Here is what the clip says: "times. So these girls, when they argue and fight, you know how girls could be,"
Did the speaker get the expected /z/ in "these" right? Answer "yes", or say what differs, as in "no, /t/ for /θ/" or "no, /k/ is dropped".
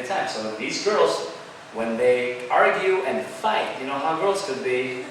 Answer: yes